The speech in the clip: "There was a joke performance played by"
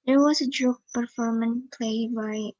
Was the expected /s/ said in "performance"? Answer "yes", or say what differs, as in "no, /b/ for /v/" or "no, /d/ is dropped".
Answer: no, /s/ is dropped